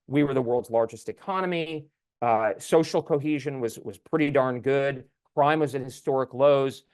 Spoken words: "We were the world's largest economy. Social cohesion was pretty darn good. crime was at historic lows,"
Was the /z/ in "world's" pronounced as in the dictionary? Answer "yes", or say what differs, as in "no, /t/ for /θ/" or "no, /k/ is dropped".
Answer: yes